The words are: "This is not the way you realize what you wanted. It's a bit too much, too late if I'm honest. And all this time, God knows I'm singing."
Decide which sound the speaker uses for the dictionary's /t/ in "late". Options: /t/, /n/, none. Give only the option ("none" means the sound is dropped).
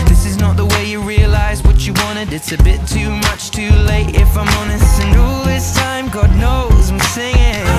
/t/